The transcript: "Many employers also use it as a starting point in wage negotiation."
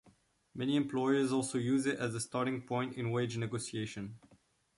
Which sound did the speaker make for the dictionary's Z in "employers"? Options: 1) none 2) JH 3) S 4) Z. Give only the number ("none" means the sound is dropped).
4